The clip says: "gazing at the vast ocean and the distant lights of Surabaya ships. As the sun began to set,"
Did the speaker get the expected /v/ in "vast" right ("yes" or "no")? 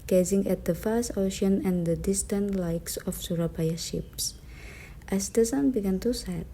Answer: no